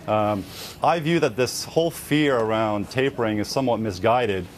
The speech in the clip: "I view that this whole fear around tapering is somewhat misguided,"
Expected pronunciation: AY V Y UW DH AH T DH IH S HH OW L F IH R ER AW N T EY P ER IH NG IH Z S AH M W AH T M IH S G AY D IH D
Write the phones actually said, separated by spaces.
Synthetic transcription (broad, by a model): AY V Y UW DH AH T DH IH S HH OW L F IH R ER AW N T EY P ER IH NG IH Z S AH M W AH T M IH S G AY D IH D